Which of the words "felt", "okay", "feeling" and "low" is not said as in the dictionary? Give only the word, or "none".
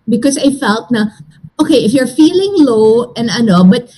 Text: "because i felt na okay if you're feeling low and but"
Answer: none